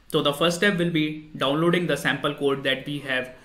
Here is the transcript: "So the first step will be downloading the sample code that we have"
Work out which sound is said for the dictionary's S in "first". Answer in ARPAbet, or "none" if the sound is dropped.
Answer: none